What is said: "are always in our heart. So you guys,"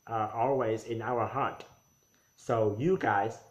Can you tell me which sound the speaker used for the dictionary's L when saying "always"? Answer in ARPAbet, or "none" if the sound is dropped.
L